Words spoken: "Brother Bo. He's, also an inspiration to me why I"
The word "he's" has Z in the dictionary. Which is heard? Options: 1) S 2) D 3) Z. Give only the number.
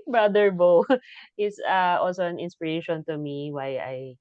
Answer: 1